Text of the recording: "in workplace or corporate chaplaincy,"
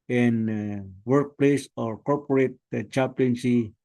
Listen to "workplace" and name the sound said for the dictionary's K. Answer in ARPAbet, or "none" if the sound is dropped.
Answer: K